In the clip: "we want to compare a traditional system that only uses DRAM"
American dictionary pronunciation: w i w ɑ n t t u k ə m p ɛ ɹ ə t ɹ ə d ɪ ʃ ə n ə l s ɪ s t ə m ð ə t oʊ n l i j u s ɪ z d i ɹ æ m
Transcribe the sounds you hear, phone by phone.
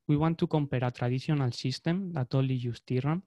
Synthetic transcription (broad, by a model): w i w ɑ n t t u k ə m p ɛ ɹ ə t ɹ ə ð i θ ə n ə l s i s t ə m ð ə t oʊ l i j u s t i ɹ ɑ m